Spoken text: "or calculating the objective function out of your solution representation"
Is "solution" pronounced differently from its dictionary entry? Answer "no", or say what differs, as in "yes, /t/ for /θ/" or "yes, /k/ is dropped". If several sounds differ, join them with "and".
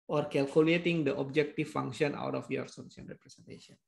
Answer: yes, /ʃ/ is dropped